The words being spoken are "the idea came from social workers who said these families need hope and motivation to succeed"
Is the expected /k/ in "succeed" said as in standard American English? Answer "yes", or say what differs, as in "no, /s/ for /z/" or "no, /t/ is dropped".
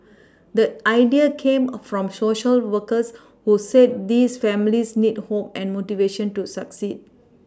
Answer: yes